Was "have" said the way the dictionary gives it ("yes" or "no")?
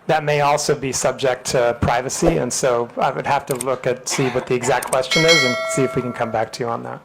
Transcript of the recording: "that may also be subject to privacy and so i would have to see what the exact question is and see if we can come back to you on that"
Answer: no